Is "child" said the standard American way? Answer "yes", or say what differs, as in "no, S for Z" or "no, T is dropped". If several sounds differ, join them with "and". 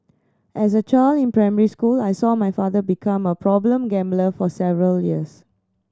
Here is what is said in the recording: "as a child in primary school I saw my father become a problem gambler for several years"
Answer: no, D is dropped